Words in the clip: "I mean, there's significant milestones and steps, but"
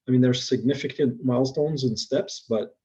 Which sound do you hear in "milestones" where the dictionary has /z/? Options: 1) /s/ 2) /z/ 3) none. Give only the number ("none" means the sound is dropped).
2